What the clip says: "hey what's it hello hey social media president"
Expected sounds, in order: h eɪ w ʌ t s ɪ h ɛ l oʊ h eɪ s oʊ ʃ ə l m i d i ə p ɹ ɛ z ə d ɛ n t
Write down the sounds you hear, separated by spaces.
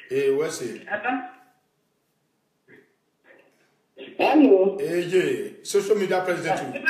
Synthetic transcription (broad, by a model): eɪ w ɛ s ɪ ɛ n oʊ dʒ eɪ s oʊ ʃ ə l m i d i ə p ɹ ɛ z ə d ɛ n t